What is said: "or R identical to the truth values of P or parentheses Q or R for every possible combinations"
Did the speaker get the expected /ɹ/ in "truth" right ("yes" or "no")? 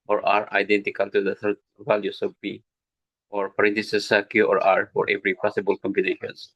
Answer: no